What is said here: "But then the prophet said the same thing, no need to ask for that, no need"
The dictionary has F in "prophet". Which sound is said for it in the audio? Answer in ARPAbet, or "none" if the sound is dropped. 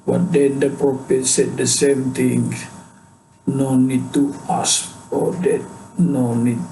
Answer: P